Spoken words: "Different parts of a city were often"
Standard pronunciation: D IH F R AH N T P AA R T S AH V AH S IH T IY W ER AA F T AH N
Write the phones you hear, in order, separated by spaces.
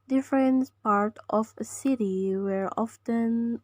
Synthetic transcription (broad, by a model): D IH F R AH N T P AA R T AH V AH S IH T IY W ER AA F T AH N